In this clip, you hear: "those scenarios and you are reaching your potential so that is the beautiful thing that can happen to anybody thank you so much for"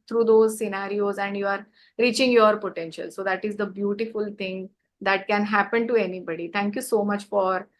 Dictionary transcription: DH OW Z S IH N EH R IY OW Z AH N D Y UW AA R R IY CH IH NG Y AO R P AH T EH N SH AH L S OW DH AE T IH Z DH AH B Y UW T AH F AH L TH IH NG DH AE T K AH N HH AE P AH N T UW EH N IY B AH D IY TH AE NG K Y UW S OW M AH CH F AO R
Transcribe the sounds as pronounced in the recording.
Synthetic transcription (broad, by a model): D OW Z S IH N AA R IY OW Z AH N D Y UW AA R R IY CH IH NG Y AO R P AH T EH N SH AH L S OW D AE T IH Z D AH B Y UW T AH F AH L T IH NG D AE T K AH N HH AE P AH N T UW EH N IY B AH D IY T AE NG K Y UW S OW M AH CH F AO R